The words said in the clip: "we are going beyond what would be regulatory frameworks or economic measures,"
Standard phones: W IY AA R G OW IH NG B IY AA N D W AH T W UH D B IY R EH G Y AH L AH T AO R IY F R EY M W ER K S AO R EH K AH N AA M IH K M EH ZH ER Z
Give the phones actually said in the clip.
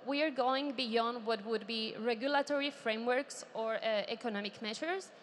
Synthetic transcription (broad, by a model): W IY AA R G OW IH NG B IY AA N D W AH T W UH D B IY R EH G Y AH L AH T AO R IY F R EY M W ER K S AO R EH K AH N AA M IH K M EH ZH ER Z